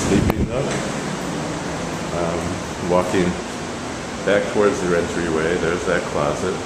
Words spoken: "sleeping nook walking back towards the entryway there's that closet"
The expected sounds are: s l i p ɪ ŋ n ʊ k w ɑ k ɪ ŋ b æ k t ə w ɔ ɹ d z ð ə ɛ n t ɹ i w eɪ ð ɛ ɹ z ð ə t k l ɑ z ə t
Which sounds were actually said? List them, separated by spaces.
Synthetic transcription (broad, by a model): s l i p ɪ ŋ l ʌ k w ɑ k ɪ ŋ b æ k t ə w ɔ ɹ d z ð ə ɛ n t ɹ i w eɪ ð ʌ ɹ z ð ə t k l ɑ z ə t